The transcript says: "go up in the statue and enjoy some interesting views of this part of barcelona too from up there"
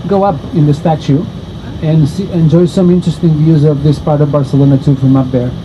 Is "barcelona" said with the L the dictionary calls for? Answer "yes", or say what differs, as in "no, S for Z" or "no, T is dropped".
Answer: yes